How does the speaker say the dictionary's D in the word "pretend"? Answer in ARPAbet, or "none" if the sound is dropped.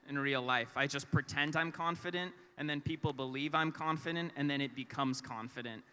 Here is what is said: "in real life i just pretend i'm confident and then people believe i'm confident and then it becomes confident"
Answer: D